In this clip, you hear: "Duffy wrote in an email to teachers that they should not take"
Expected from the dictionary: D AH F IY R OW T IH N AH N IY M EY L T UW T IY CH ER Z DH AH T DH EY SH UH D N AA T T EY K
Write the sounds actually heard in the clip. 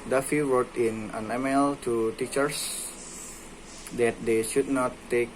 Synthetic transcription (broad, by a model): D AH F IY W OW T IH N AH N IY M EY L T UW T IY CH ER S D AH T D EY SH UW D N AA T T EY K